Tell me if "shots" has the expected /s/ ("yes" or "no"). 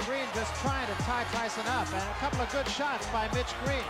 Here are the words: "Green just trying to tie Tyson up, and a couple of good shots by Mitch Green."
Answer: no